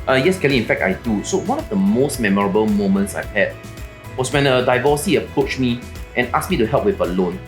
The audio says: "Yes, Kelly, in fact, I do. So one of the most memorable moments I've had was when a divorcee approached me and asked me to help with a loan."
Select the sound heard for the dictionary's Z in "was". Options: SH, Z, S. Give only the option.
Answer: S